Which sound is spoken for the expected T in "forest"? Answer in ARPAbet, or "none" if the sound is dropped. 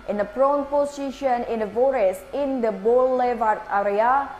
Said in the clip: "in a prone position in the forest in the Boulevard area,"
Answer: none